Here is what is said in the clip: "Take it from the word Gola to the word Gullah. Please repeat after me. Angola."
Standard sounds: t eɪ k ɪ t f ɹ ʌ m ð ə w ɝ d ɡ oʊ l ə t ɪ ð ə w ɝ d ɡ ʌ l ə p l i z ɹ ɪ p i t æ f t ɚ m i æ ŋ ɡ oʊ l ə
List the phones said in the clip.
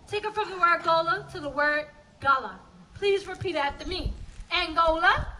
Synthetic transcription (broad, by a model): t eɪ k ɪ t f ɹ ʌ m ð ə w ɝ d ɡ oʊ l ə t ɪ ð ə w ɝ d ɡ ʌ l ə p l i z ɹ ɪ p i t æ t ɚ m i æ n ɡ oʊ l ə